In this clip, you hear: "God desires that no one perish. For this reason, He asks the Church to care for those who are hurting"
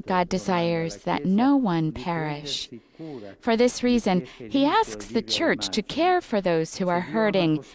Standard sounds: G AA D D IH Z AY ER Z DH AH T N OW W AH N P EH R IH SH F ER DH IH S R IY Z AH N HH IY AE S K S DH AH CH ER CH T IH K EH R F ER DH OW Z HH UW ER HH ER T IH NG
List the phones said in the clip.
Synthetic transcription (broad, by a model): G AA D D IH Z AY ER Z DH AH T N OW W AH N P EH R IH SH F ER DH IH S R IY Z AH N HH IY AE S K S DH AH CH ER CH T IH K EH R F ER DH OW Z HH UW ER HH ER T IH NG